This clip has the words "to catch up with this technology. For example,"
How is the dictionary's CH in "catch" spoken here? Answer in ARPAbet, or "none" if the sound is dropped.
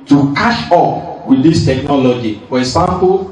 SH